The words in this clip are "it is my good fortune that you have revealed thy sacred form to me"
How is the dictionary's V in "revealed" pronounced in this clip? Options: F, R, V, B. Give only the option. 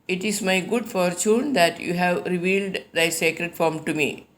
V